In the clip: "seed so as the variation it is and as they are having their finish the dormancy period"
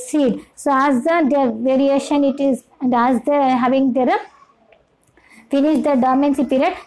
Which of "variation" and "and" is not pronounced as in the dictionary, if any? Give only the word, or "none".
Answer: none